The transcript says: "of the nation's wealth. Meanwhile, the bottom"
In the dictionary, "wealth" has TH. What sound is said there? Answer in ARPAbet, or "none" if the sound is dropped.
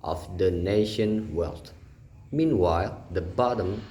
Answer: T